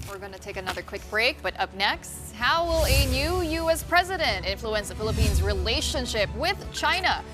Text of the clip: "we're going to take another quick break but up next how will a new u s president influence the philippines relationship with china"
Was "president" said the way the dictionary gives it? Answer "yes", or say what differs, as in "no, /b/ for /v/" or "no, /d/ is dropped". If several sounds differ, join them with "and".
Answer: yes